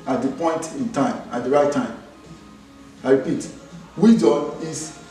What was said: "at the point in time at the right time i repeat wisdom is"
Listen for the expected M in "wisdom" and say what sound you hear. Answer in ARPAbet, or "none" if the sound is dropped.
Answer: none